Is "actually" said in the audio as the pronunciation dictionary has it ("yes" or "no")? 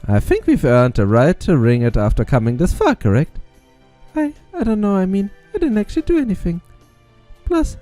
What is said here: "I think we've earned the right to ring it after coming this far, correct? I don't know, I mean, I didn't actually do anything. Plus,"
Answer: yes